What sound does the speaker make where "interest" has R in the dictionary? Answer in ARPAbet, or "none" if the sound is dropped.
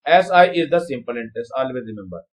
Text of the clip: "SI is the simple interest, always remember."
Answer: none